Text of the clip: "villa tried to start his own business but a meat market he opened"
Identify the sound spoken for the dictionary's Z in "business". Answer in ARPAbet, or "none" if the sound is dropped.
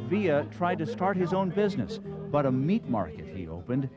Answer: Z